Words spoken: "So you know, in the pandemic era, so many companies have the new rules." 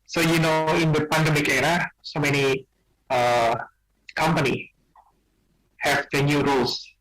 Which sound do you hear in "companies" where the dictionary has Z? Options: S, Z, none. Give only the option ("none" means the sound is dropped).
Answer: none